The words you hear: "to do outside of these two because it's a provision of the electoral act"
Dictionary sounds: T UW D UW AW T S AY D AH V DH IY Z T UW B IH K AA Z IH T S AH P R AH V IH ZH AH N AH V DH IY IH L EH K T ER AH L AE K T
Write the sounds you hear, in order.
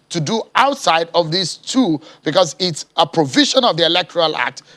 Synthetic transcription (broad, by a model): T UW D UW AW T S AY D AH V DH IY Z T UW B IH K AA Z IH T S AH P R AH V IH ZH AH N AH V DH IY IH L EH K T ER AH L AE K T